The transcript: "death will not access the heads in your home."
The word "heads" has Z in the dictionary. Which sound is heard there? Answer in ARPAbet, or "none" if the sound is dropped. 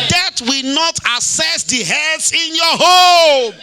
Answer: S